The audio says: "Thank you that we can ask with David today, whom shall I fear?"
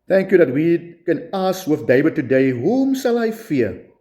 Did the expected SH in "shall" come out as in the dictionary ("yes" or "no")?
no